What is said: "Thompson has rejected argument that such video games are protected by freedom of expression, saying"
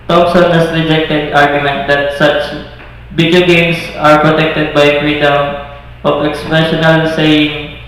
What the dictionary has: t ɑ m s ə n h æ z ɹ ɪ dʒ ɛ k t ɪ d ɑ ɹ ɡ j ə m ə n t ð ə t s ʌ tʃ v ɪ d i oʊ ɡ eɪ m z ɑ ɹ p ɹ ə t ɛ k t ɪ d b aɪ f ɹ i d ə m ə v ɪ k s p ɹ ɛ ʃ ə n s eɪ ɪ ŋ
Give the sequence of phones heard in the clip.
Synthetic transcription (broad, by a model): t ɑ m s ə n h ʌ s ɹ ɪ dʒ ɛ k t ɪ d ɑ ɹ ɡ j ə m ə n t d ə t s ʌ tʃ b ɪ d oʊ ɡ eɪ m s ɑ ɹ p ɹ ə t ɛ k t ɪ d b aɪ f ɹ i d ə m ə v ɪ k s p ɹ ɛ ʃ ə n s eɪ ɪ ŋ